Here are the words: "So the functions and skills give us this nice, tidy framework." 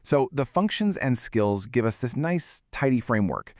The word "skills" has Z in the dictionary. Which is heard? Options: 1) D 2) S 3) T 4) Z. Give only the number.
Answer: 4